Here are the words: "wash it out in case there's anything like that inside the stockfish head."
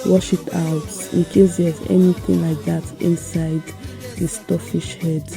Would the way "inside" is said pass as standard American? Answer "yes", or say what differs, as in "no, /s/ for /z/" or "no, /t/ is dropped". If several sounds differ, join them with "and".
yes